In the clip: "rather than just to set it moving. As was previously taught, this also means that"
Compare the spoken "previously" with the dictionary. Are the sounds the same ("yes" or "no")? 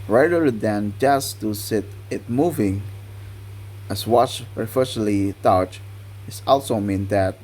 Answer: no